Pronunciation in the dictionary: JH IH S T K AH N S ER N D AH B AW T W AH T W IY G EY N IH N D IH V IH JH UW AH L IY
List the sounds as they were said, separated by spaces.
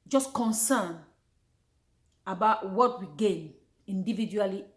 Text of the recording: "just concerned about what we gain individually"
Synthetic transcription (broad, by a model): JH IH S K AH N S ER N AH B AW T W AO T W IY G EY N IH N D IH V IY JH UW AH L IY